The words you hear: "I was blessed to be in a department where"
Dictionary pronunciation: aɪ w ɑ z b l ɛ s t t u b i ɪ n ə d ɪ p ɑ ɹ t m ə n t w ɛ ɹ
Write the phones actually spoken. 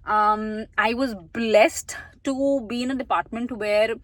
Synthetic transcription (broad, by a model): aɪ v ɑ z b l ɛ s t t u b i ɪ n ə d ɪ p ɑ ɹ t m ə n t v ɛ ɹ